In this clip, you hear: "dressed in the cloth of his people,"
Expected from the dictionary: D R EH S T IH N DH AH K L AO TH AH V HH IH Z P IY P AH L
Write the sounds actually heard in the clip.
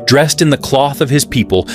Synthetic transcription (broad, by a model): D R EH S T IH N DH AH K L AO TH AH V IH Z P IY P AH L